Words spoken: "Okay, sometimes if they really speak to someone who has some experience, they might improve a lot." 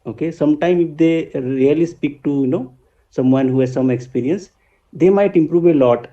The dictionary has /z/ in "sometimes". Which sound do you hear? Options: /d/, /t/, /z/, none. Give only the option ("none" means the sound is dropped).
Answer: none